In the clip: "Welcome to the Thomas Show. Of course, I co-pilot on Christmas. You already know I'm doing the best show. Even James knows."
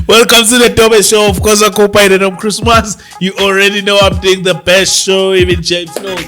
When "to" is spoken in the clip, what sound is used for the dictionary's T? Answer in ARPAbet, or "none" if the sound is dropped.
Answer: S